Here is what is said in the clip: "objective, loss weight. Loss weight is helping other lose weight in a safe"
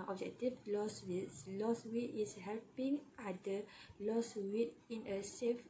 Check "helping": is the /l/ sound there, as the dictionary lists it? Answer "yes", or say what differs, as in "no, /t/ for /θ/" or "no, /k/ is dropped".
yes